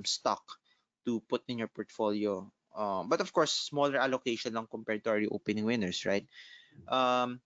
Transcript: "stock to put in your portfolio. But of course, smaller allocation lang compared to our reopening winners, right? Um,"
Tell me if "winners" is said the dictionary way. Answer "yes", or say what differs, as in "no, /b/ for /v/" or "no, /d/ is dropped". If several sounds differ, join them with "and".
no, /s/ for /z/